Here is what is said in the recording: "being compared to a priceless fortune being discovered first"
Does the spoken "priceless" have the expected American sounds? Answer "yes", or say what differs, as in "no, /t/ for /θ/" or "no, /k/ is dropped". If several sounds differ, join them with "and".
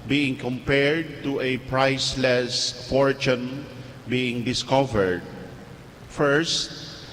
yes